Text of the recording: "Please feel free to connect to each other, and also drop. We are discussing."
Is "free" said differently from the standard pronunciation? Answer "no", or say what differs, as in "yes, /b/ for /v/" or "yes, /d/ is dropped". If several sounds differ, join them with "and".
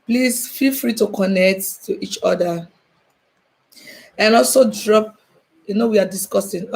no